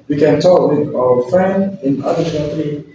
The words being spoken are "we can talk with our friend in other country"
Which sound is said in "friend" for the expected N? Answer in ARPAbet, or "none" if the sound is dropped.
N